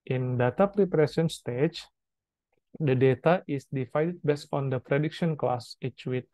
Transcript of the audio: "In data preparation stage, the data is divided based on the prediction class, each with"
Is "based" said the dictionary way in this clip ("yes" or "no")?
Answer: no